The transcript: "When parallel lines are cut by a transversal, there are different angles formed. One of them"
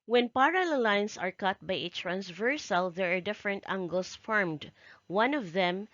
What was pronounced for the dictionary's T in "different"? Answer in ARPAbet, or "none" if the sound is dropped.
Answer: T